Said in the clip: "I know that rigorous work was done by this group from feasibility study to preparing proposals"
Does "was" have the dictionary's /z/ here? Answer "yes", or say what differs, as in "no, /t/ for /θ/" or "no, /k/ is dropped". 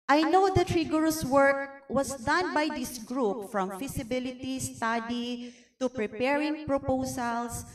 no, /s/ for /z/